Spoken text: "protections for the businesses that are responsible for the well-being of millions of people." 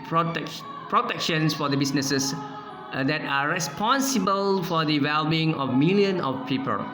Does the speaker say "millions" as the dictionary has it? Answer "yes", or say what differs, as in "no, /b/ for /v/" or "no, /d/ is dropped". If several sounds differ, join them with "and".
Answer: no, /z/ is dropped